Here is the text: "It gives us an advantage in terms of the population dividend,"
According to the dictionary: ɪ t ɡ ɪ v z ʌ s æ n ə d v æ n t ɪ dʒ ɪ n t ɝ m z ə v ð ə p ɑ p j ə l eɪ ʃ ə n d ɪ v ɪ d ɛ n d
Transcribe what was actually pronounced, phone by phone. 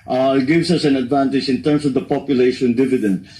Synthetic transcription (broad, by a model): t ɡ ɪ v s ʌ s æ n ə d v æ n t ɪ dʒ ɪ n t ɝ m s ə v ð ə p ɑ p j ə l eɪ ʃ ə n d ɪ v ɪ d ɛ n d